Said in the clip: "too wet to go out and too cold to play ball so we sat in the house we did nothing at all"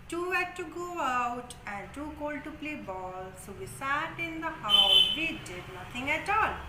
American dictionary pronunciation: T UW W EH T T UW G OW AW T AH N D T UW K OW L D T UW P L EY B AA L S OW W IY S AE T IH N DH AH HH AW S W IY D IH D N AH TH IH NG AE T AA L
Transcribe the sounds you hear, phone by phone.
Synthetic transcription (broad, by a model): T UW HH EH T T UW G OW AW T AH N D T UW K OW L D T UW P L EY B AA L S OW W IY S AE T IH N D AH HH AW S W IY D IH D N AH T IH NG AE T AA L